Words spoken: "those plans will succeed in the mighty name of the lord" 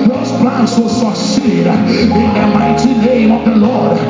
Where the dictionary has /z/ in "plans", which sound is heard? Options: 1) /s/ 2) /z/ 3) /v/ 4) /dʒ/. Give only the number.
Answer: 1